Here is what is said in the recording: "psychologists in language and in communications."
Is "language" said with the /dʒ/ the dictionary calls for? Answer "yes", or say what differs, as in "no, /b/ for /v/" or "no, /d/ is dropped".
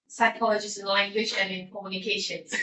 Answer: no, /ʃ/ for /dʒ/